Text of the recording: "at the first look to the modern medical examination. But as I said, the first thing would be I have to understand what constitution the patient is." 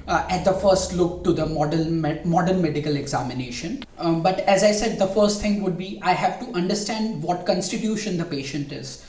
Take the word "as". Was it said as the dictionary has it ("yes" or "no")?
yes